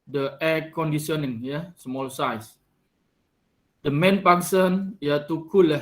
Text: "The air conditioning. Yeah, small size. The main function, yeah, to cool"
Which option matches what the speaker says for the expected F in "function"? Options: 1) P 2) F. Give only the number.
1